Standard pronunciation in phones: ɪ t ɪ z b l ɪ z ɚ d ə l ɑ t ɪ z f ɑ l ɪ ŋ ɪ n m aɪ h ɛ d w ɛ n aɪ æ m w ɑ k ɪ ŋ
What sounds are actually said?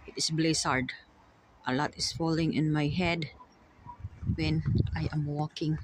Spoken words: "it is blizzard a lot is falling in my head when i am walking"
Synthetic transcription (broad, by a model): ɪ t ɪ s b l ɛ s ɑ d ə l ɑ t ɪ s f ɑ l ɪ ŋ ɪ n m aɪ h ɛ d w ɛ n aɪ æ m w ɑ k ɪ ŋ